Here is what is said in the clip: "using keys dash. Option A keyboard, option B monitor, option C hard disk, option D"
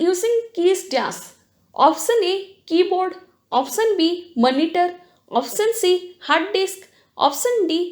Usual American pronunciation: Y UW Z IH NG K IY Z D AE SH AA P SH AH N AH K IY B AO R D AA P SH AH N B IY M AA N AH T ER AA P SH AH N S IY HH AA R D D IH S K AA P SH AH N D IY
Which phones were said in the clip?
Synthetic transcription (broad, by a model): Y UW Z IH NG K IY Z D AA S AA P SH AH N AH K IY B AO R D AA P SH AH N B IY M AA N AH T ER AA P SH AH N S IY HH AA R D D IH S K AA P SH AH N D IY